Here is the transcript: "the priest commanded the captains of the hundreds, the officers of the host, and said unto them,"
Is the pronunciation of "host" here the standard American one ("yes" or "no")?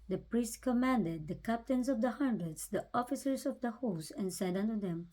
no